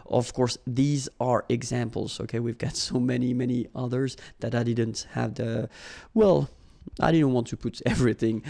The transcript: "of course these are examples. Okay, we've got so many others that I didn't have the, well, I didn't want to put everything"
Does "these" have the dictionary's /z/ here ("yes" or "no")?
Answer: yes